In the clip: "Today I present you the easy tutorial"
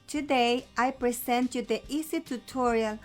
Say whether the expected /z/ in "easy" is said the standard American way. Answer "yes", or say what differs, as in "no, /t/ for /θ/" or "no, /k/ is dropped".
no, /s/ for /z/